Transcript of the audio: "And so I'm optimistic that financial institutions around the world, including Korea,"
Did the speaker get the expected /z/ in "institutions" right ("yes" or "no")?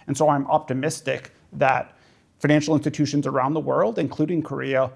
yes